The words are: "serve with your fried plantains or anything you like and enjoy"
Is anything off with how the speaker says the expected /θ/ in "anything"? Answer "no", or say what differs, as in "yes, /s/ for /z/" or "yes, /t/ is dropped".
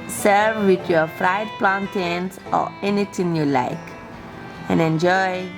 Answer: yes, /t/ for /θ/